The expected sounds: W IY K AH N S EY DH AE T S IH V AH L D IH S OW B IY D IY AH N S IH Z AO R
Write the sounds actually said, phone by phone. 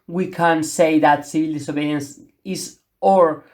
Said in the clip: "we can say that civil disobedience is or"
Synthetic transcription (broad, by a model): W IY K AH N S EY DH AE T S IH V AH L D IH S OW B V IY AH N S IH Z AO R